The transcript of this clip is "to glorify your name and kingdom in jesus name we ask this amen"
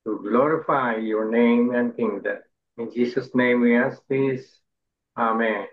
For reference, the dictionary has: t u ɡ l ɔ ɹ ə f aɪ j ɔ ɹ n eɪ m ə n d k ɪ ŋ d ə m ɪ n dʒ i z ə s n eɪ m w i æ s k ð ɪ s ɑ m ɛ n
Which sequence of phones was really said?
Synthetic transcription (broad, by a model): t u ɡ l ɔ ɹ ə f aɪ j ɔ ɹ n eɪ m ə n d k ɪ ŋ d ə ɪ n dʒ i s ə s n eɪ m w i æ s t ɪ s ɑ m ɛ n